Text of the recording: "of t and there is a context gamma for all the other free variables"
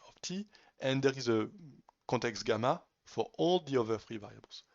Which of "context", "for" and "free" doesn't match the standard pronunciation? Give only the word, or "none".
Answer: context